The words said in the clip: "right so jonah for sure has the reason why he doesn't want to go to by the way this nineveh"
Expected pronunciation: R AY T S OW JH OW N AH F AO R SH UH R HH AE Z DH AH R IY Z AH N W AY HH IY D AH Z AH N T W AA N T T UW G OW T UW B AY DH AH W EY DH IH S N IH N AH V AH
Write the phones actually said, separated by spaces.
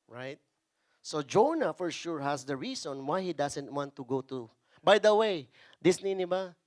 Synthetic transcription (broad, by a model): R AY T S OW JH OW N AH F AO R SH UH R HH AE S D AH R IY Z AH N W AY HH IY D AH S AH N T W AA N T T UW G OW T UW B AY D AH W EY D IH S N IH N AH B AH